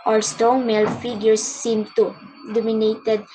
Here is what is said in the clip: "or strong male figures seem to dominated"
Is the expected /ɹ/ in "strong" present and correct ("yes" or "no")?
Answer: no